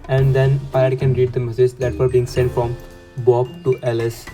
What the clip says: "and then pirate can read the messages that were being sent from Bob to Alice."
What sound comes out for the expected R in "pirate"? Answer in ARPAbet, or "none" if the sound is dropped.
none